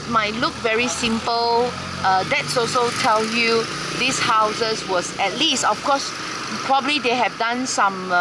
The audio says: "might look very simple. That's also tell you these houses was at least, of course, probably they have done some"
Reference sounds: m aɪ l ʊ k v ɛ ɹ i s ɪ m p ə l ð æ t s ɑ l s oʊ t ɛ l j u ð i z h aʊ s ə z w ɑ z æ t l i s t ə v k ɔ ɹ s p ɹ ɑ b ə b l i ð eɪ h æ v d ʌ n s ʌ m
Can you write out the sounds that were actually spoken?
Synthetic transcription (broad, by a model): m aɪ l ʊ k v ɛ ɹ i s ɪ m p ə l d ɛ t s ɑ l s oʊ t ɛ l j u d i s h aʊ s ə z w ɑ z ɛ t l i s t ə f k ɔ s p ɹ ɑ b ə b l i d eɪ h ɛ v d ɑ n s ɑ m